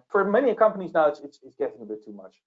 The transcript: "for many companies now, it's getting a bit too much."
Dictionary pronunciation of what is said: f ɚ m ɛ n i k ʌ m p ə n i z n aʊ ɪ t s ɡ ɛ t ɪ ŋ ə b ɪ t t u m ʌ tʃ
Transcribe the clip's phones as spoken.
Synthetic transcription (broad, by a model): f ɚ m ɛ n i k ʌ m p ə n i z n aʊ ɪ t s ɡ ɛ t ɪ ŋ ə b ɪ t t u m ʌ tʃ